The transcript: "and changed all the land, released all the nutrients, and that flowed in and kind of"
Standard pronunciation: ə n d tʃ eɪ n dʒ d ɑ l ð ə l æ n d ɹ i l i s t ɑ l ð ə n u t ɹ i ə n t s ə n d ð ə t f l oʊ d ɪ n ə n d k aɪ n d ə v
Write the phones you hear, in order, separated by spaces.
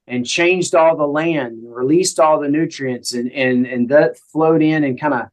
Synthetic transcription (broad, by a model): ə n tʃ eɪ n dʒ d ɑ l ð ə l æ n d ɹ i l i s t ɑ l ð ə n u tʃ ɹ i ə n t s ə n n ð ə t f l oʊ d ɪ n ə n k aɪ n d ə